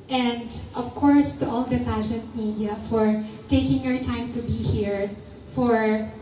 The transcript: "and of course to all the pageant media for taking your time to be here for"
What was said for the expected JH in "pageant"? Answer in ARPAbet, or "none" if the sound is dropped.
SH